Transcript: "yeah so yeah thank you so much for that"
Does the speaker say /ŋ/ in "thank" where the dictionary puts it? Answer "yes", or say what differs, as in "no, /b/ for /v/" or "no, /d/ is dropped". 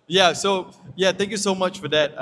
yes